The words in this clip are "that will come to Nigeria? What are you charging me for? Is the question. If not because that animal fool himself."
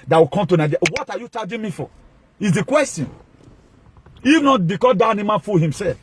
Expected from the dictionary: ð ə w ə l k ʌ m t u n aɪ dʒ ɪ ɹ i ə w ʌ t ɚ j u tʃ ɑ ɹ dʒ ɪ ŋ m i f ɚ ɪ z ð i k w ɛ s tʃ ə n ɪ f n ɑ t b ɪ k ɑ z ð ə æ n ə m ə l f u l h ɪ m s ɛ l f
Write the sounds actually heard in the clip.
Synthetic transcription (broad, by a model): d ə w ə k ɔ m t u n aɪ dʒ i w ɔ t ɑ j u tʃ ɑ dʒ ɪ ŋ m i f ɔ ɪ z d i k w ɛ s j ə n ɪ f n ɑ t b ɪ k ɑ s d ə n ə m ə n f u l h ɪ m s ɛ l f